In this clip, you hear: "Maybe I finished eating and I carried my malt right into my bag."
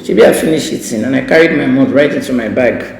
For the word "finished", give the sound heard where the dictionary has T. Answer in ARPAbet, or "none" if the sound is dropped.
none